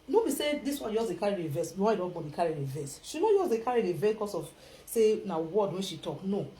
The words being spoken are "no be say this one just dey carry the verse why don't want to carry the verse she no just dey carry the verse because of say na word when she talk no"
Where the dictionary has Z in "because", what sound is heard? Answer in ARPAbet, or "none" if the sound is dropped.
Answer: S